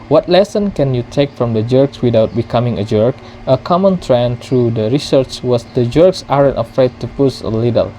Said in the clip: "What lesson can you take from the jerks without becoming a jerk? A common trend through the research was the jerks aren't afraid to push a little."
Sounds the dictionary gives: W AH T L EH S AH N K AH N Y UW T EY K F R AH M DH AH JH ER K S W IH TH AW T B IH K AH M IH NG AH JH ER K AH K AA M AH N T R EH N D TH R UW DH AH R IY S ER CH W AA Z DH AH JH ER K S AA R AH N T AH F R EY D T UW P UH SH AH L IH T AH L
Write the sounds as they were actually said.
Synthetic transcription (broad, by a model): W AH T L EH S AH N K AH N Y UW T EY K F R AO M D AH JH ER K S W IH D AW T B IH K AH M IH NG AH JH ER K AH K AA M AH N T R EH N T R UW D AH R IY S ER CH W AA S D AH JH ER K S AA R AH N T AH F R EY D T UW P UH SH AH L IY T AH L